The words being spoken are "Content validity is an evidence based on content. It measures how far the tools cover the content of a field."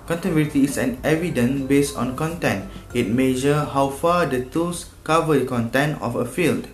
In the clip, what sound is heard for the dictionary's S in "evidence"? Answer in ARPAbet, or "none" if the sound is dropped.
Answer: none